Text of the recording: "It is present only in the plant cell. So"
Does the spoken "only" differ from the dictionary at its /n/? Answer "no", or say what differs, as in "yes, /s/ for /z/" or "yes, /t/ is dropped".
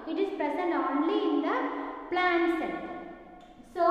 no